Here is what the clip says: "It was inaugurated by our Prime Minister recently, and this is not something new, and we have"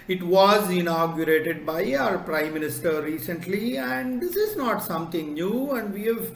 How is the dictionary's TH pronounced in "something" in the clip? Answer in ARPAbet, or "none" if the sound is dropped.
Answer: T